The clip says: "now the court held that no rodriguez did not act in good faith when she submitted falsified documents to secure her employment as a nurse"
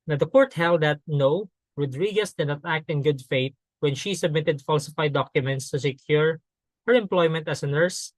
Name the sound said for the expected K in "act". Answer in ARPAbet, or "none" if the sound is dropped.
K